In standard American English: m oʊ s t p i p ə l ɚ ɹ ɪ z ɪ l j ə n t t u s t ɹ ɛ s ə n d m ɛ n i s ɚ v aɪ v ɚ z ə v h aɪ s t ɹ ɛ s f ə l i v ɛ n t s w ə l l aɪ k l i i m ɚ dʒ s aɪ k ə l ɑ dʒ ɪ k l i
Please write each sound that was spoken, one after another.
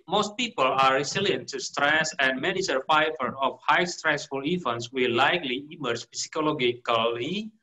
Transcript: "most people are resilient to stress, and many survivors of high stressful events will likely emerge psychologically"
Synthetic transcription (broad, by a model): m oʊ s t p i p ə l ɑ ɹ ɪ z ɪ l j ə n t t u s t ɹ ɛ s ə n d m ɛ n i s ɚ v aɪ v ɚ ə f h aɪ s t ɹ ɛ s f ə l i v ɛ n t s w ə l l aɪ k l i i m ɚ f s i k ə l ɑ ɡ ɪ k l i